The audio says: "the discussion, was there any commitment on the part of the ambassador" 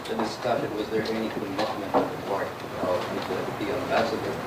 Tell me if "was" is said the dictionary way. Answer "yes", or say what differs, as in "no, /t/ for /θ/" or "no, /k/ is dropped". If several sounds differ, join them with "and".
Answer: yes